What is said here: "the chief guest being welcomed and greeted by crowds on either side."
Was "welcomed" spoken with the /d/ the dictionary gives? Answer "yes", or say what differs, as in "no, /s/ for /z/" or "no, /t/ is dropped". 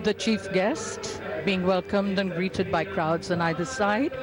yes